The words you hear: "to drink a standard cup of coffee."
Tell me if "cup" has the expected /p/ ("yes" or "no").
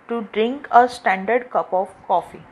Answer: yes